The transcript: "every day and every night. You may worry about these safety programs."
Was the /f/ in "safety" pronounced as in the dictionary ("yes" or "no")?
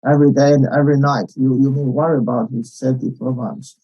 no